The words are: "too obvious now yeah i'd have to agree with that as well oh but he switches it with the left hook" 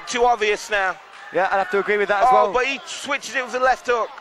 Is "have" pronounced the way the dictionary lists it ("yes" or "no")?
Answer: no